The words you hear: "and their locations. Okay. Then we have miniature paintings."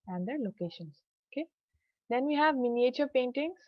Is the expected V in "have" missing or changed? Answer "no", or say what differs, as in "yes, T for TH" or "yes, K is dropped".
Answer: no